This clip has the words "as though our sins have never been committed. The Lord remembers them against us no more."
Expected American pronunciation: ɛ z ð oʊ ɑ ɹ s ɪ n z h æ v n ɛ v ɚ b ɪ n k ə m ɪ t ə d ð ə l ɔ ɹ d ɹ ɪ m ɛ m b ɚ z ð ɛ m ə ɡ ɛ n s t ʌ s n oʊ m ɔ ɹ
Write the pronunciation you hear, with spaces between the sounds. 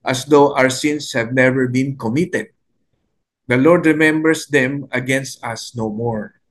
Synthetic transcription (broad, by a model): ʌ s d oʊ ɑ ɹ s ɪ n s h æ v n ɛ v ɚ b ɪ n k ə m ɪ t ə d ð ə l ɔ ɹ d ɹ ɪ m ɛ m b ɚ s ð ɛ m ə ɡ ɛ n s t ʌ s n oʊ m ɔ ɹ